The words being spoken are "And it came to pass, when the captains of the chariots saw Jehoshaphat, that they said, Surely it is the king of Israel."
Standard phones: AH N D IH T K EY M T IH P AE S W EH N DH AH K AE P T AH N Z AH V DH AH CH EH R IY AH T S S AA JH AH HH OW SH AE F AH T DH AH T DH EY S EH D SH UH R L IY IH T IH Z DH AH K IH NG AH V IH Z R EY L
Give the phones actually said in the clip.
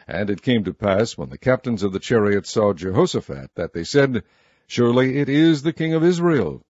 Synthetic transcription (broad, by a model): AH N IH T K EY M T IH P AE S W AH N DH AH K AE P T AH N Z AH V DH AH CH EH R IY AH T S S AA JH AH HH OW S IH F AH T DH AH T DH EY S EH D SH UH R L IY IH T IH Z DH AH K IH NG AH V IH Z R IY L